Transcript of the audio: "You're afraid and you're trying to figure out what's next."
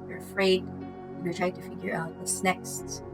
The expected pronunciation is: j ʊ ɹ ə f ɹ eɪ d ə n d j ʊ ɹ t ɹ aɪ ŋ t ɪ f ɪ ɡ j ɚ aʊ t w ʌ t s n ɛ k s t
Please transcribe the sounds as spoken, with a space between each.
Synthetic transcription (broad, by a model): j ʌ ɹ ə f ɹ eɪ ə d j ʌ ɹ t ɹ aɪ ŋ t ɪ f ɪ ɡ j ɚ aʊ t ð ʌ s n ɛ k s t